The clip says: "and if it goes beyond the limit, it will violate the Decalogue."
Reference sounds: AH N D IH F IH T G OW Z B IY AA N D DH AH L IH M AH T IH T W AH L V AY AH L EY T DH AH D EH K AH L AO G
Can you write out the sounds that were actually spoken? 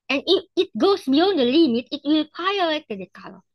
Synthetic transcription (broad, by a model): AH N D IH F IH T G OW S B IY AA N D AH L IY M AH T IH T W AH L P AY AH EY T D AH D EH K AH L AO